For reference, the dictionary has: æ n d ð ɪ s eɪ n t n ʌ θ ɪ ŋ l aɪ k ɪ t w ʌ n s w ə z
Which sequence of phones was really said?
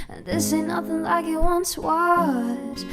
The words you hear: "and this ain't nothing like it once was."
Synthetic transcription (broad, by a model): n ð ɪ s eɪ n n ʌ θ ɪ ŋ l aɪ k ɪ t w ʌ n s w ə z